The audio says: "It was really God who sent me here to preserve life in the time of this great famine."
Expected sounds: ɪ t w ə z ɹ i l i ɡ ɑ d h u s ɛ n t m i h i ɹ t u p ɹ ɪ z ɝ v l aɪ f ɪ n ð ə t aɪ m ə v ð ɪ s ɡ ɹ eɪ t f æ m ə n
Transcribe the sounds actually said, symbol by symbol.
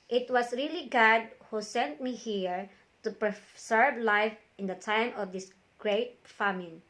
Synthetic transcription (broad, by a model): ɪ t w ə s ɹ i l i ɡ ɑ d h u s ɛ n t m i h i ɹ t u p ɹ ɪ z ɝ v l aɪ f ɪ n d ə t aɪ m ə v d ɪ s ɡ ɹ eɪ t f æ m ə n